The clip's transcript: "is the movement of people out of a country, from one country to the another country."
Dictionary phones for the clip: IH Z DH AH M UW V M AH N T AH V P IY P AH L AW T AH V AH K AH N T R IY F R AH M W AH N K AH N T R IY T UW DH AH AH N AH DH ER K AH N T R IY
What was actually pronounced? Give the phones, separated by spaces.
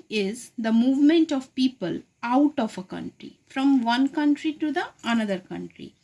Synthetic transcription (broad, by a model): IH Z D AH M UW V M AH N T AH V P IY P AH L AW T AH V AH K AH N T R IY F R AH M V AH N K AH N T R IY T UW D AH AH N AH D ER K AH N T R IY